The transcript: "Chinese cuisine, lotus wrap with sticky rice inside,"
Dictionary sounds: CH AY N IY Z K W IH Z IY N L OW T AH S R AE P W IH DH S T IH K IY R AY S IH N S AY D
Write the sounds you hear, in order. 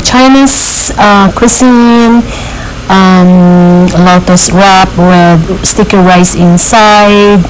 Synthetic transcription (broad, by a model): CH AY N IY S K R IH S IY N L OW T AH S R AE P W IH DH S T IH K IY R AY S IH N S AY D